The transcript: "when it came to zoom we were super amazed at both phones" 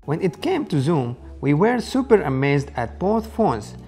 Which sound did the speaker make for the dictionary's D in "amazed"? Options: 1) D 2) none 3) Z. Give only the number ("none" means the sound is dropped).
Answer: 1